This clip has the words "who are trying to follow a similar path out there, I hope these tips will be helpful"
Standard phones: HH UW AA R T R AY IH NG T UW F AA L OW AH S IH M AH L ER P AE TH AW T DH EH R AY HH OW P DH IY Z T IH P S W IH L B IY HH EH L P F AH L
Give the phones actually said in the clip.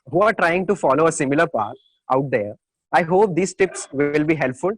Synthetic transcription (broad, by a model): HH UW AA R T R AY IH NG T UW F AA L OW AH S IH M AH L ER P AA T AW T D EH R AY HH OW P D IY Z T IH P S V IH L B IY HH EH L P F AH L